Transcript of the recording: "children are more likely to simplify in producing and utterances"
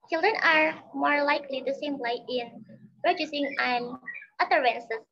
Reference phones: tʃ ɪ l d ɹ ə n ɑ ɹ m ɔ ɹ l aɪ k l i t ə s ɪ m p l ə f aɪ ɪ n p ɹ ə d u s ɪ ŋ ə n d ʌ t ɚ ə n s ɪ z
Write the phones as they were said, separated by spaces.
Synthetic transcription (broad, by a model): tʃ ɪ l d ɹ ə n ɑ ɹ m ɔ ɹ l aɪ k l i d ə s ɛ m l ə ɪ ɪ n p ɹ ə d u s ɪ ŋ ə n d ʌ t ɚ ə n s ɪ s